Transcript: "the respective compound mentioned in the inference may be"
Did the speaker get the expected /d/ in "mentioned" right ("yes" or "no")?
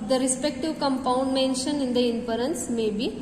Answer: no